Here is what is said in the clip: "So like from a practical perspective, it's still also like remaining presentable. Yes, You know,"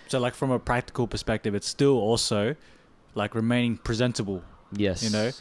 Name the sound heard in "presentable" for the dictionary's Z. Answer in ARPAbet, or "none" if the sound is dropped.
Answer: Z